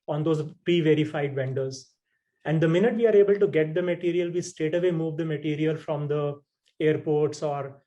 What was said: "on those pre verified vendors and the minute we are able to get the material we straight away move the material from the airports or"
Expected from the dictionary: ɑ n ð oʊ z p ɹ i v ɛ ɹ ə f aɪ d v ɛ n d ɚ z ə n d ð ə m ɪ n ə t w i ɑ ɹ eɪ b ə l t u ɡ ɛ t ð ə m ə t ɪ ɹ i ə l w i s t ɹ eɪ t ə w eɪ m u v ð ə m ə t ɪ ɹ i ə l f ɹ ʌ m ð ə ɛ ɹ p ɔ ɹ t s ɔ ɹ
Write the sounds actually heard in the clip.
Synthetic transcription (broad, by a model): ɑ n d oʊ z p ɹ i v ɛ ɹ ə f aɪ d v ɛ n d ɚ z ə n d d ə m ɪ n ə t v i ɑ ɹ eɪ b ə l t u ɡ ɛ t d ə m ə t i ɹ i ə l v i s t eɪ t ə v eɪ m u v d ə m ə t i ɹ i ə l f ɹ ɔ m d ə ɛ ɹ p ɔ ɹ t s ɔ ɹ